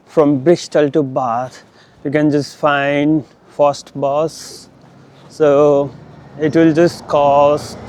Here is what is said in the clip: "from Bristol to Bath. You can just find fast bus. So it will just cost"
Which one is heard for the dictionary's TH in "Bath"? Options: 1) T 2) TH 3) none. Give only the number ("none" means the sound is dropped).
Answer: 1